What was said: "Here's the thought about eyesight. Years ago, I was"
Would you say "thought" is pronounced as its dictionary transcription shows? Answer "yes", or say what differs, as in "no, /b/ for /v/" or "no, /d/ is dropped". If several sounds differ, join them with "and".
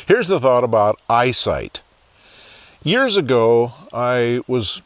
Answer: yes